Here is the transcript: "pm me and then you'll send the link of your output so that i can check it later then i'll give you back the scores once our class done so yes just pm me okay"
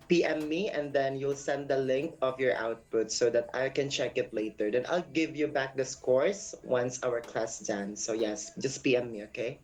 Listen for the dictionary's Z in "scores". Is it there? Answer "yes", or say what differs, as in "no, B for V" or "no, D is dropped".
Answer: no, S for Z